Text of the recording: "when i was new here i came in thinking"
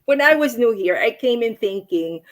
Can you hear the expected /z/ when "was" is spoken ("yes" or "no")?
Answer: yes